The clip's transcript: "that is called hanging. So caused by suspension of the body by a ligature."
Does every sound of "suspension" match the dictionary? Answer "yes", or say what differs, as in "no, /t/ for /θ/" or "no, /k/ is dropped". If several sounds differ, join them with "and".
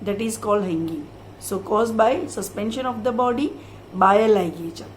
yes